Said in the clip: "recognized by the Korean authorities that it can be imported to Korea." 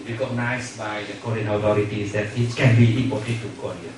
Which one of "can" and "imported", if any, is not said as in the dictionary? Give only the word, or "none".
imported